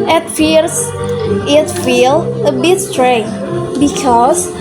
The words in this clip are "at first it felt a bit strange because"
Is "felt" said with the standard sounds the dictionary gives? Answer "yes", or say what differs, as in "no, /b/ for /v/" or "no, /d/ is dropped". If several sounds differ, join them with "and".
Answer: no, /t/ is dropped